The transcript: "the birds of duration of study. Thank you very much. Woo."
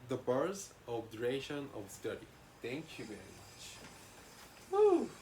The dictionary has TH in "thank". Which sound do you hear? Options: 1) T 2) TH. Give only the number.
1